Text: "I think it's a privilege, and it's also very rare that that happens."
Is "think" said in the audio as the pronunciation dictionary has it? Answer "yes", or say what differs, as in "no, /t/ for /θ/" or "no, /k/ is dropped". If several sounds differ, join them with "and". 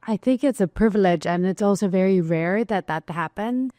yes